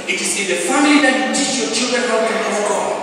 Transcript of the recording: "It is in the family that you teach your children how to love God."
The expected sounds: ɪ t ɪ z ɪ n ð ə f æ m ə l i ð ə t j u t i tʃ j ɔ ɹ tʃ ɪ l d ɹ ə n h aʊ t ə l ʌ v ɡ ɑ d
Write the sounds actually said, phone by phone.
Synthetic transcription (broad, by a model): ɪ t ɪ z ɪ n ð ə f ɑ m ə l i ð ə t j u t i tʃ j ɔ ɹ tʃ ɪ l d ɹ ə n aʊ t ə n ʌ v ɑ